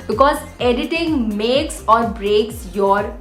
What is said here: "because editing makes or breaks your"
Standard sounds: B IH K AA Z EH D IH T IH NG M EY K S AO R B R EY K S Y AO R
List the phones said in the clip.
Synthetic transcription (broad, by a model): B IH K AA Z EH D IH T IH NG M EY K S AO R B R EY K S Y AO R